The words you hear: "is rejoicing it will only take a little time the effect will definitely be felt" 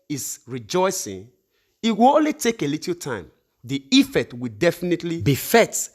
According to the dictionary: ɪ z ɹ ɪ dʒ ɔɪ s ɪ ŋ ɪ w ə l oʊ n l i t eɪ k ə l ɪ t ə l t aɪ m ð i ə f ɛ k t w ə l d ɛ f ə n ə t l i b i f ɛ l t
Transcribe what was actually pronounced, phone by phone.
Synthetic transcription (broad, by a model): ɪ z ɹ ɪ dʒ ɔɪ s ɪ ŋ ɪ w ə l oʊ n l i t eɪ k ə l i t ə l t aɪ m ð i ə f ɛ t w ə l d ɛ f ə n ə t l i b i f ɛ t